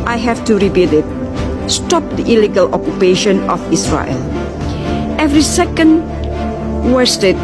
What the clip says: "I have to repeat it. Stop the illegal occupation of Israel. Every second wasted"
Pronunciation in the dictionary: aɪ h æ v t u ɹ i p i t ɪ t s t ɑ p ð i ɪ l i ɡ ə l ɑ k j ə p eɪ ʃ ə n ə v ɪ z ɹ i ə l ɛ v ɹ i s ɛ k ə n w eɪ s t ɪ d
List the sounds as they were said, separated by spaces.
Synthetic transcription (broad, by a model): aɪ h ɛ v t u ɹ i b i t ɪ t s t ɑ p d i ɪ l i ɡ ə l ɑ k j ə p eɪ ʃ ə n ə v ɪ s ɹ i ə l ɛ v ɹ i s ɛ k ə n w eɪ s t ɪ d